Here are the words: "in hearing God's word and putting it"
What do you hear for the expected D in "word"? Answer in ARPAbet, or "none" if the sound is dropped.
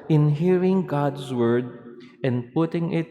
D